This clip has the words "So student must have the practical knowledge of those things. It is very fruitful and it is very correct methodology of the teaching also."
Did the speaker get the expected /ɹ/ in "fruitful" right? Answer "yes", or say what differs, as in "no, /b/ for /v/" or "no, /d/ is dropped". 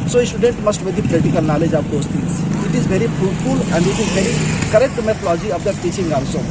no, /ɹ/ is dropped